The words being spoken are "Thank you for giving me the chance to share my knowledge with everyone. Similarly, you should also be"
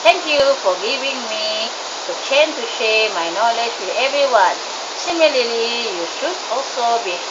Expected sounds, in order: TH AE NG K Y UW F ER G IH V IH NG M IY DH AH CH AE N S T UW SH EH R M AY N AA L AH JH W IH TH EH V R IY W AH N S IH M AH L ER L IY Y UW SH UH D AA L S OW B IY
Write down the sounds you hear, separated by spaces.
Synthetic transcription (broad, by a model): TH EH NG K Y UW F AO G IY V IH NG M IY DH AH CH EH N T UW SH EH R M AY N AA L AH JH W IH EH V R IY W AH N S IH M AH L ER L IY Y UW SH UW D AA L S OW B IY